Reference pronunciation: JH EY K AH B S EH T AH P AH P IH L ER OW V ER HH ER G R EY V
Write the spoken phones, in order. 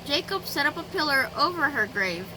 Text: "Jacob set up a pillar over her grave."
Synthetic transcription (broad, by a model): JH EY K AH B S EH T AH P AH P IH L ER OW V ER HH ER G R EY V